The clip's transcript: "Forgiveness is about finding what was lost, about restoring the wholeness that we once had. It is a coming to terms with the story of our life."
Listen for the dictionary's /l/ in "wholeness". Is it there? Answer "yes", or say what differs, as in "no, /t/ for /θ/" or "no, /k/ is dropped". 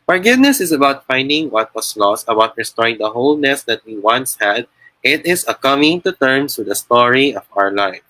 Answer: yes